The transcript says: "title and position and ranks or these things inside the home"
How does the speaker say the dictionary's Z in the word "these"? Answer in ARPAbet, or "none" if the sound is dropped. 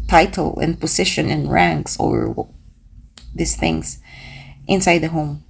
S